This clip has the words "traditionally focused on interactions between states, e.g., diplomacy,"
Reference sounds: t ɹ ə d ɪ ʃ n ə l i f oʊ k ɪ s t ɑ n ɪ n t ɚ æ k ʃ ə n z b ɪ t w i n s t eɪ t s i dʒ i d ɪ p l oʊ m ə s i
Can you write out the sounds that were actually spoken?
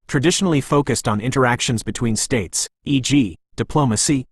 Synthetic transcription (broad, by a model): t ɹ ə d ɪ ʃ n l i f oʊ k ɪ s t n ɪ n t ɚ æ k ʃ ə n z b ɪ t w i n s t eɪ t s i dʒ i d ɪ p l oʊ m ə s i